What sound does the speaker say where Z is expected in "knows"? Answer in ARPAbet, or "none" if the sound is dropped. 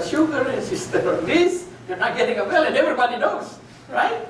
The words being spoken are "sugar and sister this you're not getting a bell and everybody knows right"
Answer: S